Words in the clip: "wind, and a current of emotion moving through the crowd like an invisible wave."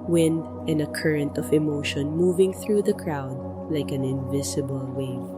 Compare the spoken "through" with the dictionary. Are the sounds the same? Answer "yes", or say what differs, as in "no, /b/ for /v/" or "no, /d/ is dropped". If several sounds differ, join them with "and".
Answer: yes